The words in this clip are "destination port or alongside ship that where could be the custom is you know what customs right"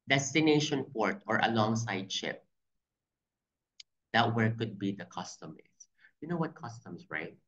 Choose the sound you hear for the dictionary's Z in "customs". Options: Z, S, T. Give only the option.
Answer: S